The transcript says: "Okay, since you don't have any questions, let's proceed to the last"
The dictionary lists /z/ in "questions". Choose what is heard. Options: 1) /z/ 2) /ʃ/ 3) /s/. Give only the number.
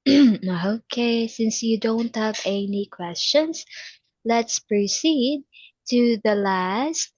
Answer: 3